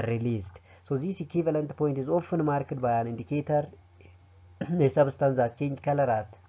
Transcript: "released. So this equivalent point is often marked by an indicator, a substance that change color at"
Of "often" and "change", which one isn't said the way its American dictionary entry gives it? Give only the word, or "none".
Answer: none